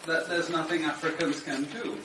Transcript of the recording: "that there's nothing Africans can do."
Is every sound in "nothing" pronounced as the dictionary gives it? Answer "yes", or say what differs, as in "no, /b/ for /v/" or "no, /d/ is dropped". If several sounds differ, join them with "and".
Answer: yes